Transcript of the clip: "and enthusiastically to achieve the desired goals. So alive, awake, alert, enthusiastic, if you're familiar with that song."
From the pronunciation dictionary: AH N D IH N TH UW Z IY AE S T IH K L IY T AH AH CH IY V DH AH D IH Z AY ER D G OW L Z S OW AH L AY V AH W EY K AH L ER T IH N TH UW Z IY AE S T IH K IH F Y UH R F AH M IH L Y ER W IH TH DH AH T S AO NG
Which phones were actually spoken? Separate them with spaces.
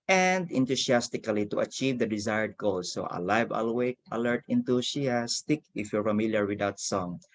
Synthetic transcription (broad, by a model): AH N D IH N T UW S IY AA S T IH K L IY T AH AH CH IY V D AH D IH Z AY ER D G OW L S OW AH L AY V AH W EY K AH L ER T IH N T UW S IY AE S T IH K IH F Y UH R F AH M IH L Y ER W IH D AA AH T S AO NG